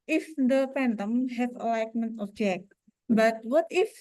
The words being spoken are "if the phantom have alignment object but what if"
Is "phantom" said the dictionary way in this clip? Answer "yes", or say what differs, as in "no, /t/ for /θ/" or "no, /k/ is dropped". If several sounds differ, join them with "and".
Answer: no, /p/ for /f/